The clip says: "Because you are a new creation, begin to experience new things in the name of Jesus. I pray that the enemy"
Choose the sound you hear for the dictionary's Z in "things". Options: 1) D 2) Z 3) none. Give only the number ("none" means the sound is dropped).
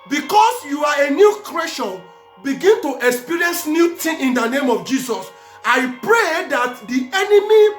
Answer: 3